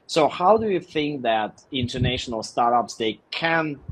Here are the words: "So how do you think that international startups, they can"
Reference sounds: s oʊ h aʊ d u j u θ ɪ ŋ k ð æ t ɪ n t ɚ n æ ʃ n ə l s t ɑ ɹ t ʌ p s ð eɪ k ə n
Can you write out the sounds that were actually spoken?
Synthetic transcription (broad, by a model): s oʊ h aʊ d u j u θ ɪ ŋ k ð æ t ɪ n t ɚ n æ ʃ n ə l s t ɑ ɹ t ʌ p s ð eɪ k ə n